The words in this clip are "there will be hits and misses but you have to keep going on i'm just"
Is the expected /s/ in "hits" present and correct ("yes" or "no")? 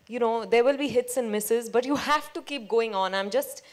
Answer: yes